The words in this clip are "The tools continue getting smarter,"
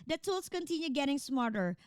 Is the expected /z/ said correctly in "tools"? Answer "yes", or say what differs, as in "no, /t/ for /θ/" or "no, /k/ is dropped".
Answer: no, /s/ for /z/